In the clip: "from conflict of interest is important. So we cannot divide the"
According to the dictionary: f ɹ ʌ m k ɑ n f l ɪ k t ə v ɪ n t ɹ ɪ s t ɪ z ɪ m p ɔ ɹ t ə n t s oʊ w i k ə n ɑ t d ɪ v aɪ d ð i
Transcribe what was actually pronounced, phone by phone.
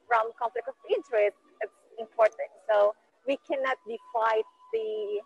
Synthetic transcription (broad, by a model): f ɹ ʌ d k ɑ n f l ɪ k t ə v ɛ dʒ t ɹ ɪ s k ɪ s ɪ m p ɔ ɹ t ə n t s oʊ w i k ə n ɑ t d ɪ f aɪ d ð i